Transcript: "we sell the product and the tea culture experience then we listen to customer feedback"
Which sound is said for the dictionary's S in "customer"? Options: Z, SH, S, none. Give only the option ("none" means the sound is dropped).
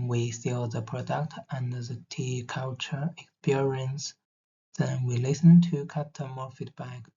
none